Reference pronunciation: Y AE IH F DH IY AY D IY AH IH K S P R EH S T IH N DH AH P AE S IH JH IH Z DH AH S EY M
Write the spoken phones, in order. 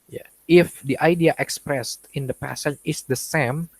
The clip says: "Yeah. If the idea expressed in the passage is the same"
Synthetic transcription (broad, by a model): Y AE IH F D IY AY D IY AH IH K S P R EH S T IH N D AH P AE S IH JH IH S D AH S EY M